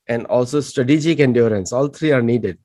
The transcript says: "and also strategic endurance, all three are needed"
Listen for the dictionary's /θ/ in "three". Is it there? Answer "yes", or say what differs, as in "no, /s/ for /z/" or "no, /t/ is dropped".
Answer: no, /t/ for /θ/